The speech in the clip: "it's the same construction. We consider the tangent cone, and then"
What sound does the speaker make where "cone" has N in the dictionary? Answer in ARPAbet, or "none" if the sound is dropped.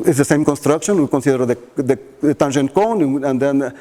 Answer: N